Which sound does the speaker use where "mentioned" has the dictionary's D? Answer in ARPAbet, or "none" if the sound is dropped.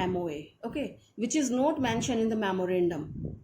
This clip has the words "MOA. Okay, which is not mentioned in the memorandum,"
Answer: none